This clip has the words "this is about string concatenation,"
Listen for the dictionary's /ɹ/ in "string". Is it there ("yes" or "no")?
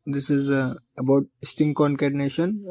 no